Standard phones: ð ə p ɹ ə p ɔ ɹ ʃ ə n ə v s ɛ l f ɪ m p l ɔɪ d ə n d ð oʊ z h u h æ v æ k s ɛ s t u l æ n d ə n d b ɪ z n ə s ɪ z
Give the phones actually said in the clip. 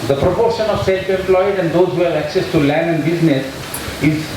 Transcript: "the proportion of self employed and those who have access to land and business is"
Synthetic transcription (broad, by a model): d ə p ɹ ə p ɔ ɹ ʃ ə n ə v s ɛ l f ɪ m p l ɔɪ d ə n d oʊ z h u h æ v æ k s ɛ s t u l æ n d ə n d b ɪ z n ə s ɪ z